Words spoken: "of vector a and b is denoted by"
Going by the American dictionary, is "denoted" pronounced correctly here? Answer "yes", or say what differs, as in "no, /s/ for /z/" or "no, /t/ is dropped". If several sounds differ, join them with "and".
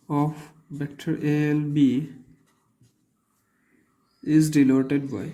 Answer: no, /l/ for /n/